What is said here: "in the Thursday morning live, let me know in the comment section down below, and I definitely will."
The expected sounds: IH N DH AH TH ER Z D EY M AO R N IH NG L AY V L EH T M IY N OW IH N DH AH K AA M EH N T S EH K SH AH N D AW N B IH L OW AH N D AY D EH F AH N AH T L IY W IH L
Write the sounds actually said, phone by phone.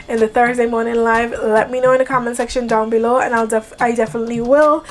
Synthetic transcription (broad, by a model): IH N DH AH TH ER Z D EY M AO R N IH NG L AY V L EH T M IY N OW IH N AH K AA M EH N S EH K SH AH N D AW N B IH L OW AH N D AY D EH F AH N AH T L IY W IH L